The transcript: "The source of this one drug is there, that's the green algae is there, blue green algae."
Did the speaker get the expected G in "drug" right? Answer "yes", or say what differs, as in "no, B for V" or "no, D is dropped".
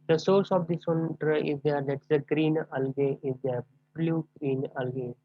no, G is dropped